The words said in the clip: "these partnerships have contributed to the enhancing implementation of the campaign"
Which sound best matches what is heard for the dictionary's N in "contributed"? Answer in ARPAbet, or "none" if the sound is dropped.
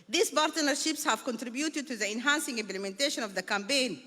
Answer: N